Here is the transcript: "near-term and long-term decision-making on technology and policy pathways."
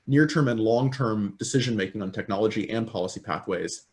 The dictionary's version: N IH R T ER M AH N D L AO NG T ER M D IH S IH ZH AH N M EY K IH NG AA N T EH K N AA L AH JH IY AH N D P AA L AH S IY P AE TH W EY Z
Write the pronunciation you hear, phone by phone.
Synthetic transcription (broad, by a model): N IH R T ER M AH N L AO NG T ER M D IH S IH ZH AH N M EY K IH NG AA N T EH K N AA L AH JH IY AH N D P AA L AH S IY P AE TH W EY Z